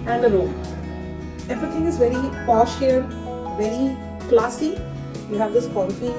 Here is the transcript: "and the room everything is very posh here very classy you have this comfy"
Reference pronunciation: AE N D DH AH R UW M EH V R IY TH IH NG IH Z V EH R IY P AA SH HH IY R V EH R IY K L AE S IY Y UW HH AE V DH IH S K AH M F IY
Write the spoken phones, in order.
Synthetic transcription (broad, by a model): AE N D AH L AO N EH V R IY T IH NG IH Z V EH R IY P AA SH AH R V EH R IY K L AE S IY Y UW HH AE V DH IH S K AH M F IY